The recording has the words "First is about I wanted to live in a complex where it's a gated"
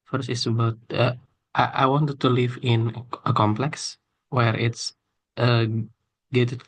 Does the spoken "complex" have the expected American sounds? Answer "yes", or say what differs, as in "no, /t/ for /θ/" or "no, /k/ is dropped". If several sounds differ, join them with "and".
yes